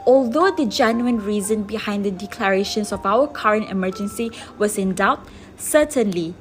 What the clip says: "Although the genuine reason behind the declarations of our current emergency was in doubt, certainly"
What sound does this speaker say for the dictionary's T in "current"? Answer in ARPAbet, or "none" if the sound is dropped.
T